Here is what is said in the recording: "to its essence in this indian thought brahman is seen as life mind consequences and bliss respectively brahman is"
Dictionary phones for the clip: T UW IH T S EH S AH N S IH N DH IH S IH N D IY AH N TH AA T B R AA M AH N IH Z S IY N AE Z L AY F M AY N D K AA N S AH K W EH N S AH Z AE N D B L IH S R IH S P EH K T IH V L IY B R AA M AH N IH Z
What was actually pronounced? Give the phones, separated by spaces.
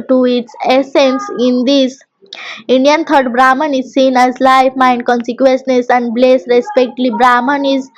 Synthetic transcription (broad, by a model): T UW IH T S EH S AH N S IH N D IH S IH N D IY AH N T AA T B R AA M AH N IH Z S IY N AE Z L AY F M AY N D K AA N S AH K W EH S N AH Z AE N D B L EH S R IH S P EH K T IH L IY B R AA M AH N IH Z